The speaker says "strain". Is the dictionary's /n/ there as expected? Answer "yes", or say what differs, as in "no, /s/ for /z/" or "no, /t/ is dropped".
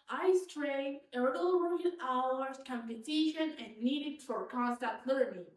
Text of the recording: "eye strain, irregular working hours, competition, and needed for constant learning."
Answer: no, /n/ is dropped